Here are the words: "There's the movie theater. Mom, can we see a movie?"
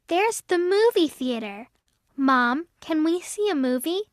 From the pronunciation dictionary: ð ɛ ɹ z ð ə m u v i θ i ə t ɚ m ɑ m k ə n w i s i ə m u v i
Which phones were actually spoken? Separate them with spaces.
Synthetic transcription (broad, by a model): ð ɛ ɹ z ð ə m u v i θ i ə t ɚ m ɑ m k ə n w i s i ə m u v i